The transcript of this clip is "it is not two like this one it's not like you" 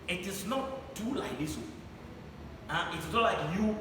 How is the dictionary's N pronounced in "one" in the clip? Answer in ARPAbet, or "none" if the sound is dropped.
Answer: none